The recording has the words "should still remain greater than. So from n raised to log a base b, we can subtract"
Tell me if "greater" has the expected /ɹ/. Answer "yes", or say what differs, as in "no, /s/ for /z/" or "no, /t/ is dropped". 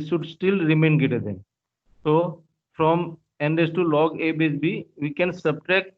no, /ɹ/ is dropped